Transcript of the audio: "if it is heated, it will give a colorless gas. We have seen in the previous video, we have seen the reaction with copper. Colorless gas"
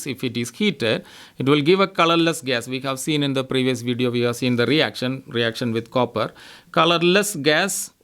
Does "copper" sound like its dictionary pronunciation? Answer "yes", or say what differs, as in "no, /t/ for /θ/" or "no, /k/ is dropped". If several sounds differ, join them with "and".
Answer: yes